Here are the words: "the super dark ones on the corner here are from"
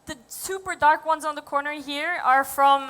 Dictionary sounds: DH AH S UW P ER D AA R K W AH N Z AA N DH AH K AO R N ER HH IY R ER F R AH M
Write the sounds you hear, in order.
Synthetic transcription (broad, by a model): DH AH S UW P ER D AA R K W AH N Z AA N DH AH K AO R N ER HH IY R ER F R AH M